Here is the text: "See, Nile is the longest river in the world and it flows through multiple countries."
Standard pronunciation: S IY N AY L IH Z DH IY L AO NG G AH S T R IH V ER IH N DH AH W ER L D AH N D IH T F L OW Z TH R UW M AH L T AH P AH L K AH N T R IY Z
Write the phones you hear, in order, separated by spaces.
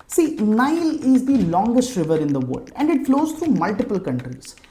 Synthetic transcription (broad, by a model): S IY N AY L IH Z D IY L AO NG G AH S T R IH V ER IH N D AH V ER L D AH N D IH T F L OW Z T R UW M AH L T AH P AH L K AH N T R IY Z